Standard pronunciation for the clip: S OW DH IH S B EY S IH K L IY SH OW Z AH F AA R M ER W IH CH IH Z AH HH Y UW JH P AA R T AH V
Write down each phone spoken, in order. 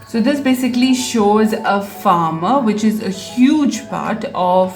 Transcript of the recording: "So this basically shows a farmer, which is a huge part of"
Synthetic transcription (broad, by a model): S OW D IH S B EY S IH K L IY SH OW Z AH F AA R M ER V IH CH IH Z AH HH Y UW JH P AA R T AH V